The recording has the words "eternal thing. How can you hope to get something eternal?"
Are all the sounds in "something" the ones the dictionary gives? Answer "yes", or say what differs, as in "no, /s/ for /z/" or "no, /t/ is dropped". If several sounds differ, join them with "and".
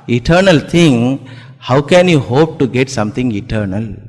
no, /t/ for /θ/